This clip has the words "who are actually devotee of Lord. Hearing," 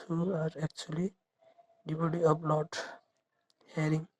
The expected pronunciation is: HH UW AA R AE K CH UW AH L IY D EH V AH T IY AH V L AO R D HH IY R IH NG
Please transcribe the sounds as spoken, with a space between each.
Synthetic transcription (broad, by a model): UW AA R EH K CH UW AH L IY D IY B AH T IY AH P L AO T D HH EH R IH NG